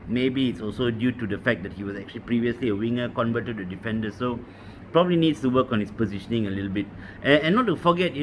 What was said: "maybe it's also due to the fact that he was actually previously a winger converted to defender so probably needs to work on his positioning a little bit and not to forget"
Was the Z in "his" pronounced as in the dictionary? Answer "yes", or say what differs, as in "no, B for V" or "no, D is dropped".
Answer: no, S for Z